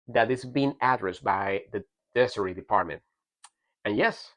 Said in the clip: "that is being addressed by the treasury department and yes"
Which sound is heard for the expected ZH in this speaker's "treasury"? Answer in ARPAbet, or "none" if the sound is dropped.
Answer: S